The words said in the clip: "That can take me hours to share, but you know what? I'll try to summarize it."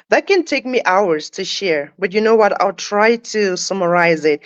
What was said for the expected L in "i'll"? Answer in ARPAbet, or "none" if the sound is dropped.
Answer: L